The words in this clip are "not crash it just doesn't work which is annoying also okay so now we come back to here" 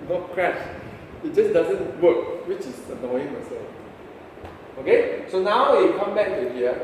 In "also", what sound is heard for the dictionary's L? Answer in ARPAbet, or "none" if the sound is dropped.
none